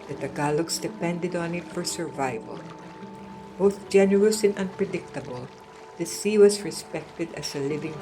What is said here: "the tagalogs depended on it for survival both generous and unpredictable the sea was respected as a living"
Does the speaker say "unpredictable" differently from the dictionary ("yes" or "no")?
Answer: no